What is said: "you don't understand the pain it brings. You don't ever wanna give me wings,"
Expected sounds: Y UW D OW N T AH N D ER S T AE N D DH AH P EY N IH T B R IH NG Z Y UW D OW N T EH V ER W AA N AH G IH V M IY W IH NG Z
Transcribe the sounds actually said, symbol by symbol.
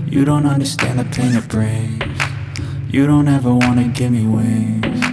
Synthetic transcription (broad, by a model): Y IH D OW N T AH N D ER S T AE N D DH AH P EY N IH T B R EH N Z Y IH D OW N T EH V ER W AA N AH G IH M IY W IH